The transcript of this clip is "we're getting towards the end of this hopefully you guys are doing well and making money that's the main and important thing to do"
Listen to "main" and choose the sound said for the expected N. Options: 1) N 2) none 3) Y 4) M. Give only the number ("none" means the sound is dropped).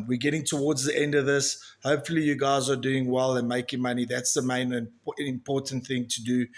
2